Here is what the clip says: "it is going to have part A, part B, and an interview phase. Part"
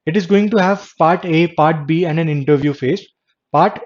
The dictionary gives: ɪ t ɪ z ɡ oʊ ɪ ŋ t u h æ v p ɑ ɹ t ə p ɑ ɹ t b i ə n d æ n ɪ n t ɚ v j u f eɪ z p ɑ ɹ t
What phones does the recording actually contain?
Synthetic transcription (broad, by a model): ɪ t ɪ z ɡ oʊ ɪ ŋ t u h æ v p ɑ ɹ t ə p ɑ ɹ t b i ə n d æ n ɪ n t ɚ v j u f eɪ s p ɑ ɹ t